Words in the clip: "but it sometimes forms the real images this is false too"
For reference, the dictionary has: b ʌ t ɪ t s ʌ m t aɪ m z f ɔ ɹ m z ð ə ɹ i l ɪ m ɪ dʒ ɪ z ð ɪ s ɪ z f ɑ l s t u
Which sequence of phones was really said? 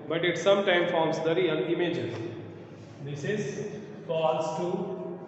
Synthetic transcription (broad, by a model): b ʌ t ɪ t s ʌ m t aɪ m f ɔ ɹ m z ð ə ɹ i n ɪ m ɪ dʒ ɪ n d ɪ s ɪ z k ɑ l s t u